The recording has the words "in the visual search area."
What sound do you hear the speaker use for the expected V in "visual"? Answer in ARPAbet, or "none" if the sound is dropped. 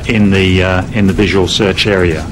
V